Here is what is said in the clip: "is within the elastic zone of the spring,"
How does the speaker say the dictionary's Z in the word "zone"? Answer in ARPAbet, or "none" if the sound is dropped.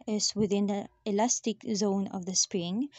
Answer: Z